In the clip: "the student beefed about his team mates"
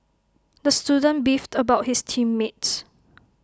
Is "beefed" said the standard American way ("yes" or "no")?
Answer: yes